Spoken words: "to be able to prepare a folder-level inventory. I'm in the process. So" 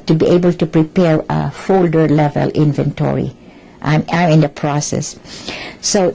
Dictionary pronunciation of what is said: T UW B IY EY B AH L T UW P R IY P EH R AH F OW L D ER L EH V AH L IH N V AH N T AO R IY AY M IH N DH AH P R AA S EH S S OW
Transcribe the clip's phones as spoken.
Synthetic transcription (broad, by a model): T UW B IY EY B AH L T UW P R IY P EH R AH F OW L D ER L EH V AH L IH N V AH N T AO R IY AY M IH N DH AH P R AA S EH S S OW